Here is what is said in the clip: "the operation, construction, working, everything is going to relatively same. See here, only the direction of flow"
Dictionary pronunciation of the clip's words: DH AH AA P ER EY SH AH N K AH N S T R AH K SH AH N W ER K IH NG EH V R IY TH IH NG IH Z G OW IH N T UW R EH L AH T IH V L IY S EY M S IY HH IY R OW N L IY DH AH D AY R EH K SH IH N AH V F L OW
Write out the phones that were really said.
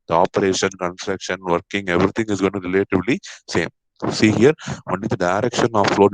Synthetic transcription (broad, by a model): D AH AA P ER EY SH AH N K AH N S T R AH K SH AH N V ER K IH NG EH V R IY T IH NG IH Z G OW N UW R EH L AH T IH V L IY S EY M S IY HH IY R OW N IY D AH D AY R EH K SH IH N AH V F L OW